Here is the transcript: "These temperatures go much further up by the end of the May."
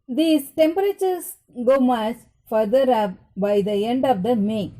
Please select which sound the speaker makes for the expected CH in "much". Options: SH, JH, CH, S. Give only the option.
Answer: S